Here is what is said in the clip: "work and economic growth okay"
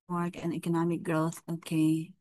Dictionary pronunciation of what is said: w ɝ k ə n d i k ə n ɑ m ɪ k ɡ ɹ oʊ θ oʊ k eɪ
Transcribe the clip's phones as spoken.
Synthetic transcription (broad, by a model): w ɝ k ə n i k ə n ɑ m ɪ k ɡ ɹ oʊ θ oʊ k eɪ